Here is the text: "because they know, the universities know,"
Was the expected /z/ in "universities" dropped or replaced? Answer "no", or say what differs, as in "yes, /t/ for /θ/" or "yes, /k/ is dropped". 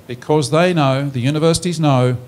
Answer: no